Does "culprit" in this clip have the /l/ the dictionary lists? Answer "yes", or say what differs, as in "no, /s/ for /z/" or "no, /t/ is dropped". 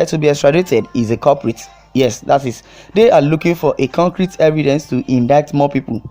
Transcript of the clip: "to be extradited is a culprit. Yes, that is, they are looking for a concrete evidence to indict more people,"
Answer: no, /l/ is dropped